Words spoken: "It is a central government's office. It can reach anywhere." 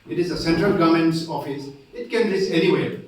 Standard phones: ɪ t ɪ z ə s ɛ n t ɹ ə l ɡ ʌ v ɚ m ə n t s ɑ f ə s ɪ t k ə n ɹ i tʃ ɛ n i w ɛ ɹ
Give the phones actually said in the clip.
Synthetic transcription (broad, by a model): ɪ t ɪ z ə s ɛ n t ɹ ə l ɡ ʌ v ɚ m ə n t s ɑ f ə s ɪ t k ə n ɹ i s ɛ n i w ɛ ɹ